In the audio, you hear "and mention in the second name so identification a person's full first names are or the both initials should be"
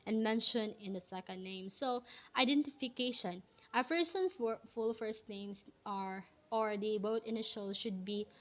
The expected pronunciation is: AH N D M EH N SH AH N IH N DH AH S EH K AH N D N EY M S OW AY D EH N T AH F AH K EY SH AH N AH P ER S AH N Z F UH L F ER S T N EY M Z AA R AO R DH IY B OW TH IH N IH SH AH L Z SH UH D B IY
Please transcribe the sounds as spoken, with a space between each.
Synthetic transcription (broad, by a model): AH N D M EH N SH AH N IH N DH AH S EH K AH N D N EY M S OW AY D EH N T AH F AH K EY SH AH N AH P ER S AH N S F UH L F ER S T N EY M S AA R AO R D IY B OW T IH N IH SH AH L SH UH D B IY